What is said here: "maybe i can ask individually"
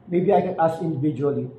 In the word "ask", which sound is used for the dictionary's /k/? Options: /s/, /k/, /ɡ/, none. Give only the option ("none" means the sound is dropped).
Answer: none